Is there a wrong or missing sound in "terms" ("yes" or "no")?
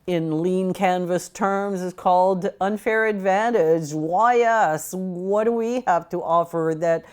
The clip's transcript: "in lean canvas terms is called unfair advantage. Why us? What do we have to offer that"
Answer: no